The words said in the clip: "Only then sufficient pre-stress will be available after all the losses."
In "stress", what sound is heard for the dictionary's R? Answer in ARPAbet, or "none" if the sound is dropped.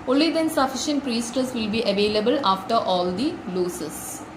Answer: none